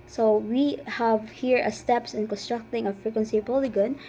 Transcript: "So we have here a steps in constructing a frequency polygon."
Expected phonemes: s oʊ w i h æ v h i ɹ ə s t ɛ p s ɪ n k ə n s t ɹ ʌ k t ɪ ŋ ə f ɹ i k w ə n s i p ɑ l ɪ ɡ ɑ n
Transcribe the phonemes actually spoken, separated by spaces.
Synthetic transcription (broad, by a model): s oʊ w i h æ v h i ɹ ə s t ɛ p s ɪ n k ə n s t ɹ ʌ k t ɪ ŋ ə f ɹ i k w ə n s i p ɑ l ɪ ɡ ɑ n